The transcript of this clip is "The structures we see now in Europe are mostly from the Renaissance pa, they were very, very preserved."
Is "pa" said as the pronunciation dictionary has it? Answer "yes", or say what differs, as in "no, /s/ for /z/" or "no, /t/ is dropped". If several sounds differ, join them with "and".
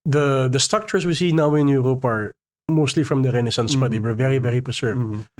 no, /b/ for /p/